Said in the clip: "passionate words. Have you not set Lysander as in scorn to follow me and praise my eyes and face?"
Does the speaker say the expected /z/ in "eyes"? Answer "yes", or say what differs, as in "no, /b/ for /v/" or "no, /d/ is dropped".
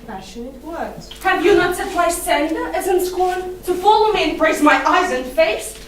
yes